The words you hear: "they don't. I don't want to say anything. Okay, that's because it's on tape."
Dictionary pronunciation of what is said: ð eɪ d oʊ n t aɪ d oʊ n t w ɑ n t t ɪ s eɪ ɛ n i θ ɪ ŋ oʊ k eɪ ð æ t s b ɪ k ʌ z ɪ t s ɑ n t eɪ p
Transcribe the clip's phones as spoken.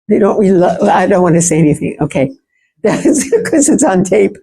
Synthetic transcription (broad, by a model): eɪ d oʊ n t aɪ d oʊ n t w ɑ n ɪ s eɪ ɛ n i θ ɪ ŋ oʊ k eɪ ð æ t s k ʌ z ɪ t s n t eɪ p